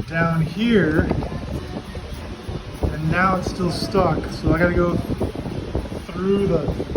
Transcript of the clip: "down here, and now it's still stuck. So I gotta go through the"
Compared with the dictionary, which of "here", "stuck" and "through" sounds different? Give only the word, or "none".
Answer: none